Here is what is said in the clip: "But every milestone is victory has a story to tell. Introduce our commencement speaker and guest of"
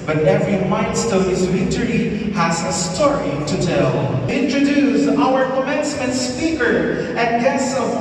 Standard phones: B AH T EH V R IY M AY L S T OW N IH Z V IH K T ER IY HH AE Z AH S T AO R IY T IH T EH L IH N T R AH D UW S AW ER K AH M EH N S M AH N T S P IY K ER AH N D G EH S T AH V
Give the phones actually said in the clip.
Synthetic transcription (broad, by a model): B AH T EH V R IY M AY N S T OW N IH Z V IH T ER IY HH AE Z AH S T AO R IY T IH T EH L IH N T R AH D UW S AW ER K AH M EH N S M AH N T S P IY K ER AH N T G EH S AH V